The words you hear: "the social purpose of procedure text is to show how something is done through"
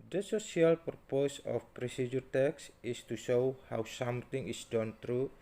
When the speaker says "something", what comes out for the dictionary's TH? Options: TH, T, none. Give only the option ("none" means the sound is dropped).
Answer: T